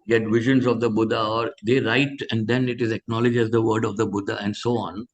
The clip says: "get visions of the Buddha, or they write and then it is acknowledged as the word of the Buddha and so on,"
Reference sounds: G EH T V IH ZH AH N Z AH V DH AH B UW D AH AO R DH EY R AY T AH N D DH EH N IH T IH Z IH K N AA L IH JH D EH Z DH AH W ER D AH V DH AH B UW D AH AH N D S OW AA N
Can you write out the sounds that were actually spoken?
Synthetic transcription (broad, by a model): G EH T V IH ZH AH N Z AH V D AH B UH D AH AO R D EY R AY T AH N D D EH N IH T IH Z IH K N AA L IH JH EH Z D AH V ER D AH V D AH B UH D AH AH N D S OW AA N